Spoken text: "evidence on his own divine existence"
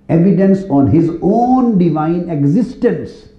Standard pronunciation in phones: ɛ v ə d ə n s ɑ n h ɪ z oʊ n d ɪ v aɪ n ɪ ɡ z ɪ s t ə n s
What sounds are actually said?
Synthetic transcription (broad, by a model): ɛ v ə d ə n s ɑ n h ɪ z oʊ n d ɪ v aɪ n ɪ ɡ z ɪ s t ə n s